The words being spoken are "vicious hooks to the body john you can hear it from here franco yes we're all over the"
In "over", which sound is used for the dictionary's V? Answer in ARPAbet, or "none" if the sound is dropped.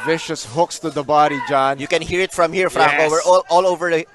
V